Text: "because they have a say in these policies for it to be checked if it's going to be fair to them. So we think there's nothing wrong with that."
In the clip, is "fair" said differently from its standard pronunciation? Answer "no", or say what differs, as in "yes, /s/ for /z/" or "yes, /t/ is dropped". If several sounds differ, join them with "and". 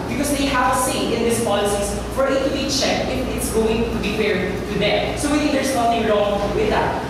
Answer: yes, /p/ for /f/